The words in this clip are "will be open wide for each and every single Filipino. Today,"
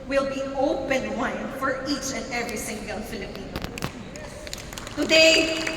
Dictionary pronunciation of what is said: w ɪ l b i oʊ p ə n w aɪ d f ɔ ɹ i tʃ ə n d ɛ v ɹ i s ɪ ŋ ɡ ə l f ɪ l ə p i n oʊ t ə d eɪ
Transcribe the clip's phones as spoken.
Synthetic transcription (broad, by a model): w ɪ l b i oʊ p ə n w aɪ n f ɔ ɹ i tʃ ə n d ɛ v ɹ i s ɪ ŋ ɡ ə l f ɪ l ə p i n oʊ t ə d eɪ